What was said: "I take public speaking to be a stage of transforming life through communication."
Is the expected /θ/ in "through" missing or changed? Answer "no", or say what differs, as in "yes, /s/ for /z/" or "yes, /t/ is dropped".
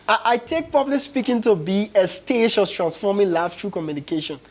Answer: yes, /t/ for /θ/